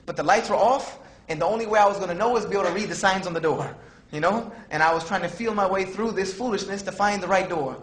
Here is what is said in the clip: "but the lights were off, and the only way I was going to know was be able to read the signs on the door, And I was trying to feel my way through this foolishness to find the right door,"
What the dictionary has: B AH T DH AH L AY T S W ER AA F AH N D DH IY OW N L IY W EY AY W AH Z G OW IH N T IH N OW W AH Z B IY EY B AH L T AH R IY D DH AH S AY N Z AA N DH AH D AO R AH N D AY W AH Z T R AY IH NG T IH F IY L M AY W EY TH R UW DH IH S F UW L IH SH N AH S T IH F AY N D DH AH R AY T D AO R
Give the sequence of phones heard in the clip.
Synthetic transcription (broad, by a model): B AH T DH AH L AY T S W ER AA F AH N DH IY OW N L IY W EY AY W AH Z G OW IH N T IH N OW W AH Z B IY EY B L T AH R IY D DH AH S AY N Z N DH AH D AO R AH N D AY W AH Z T R AY IH NG T IH F IY L M AY W EY TH R UW DH IH S F UW L IH SH N AH S T IH F AY N DH AH R AY T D AO R